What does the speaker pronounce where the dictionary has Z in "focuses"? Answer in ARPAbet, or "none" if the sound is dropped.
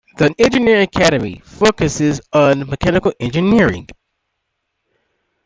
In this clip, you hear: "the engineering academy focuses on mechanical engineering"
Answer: Z